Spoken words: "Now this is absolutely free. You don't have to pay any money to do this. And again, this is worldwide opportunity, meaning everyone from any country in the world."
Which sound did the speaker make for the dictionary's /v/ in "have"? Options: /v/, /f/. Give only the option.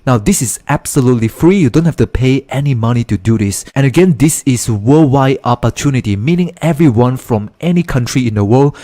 /f/